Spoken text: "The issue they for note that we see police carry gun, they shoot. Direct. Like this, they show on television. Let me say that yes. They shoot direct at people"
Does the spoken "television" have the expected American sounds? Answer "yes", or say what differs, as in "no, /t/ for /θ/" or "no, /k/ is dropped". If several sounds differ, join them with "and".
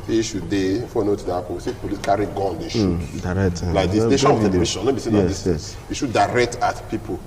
no, /ʃ/ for /ʒ/